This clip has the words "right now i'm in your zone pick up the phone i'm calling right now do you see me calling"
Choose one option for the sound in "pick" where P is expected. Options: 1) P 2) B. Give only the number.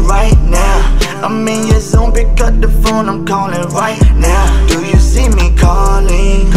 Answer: 2